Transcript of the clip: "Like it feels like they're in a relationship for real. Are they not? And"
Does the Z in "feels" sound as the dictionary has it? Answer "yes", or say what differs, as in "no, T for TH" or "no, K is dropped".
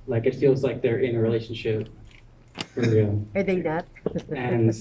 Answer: yes